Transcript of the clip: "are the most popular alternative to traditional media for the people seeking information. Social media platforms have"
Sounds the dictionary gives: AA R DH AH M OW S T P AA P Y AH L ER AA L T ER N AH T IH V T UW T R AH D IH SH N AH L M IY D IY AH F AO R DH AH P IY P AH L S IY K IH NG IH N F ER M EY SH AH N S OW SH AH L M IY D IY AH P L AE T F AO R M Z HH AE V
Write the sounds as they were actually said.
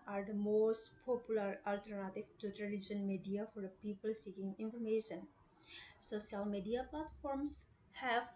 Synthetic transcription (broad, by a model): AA R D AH M OW S T P AA P Y AH L ER AA L T ER N AH T IH V T UW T L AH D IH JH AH N M IY D IY AH F AO R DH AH P IY P AH L S IY K IH NG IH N F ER M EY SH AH N S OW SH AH L M IY D IY AH P L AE T F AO R M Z HH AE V